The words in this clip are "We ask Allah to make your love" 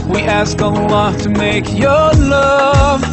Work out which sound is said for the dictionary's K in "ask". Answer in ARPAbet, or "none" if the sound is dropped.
K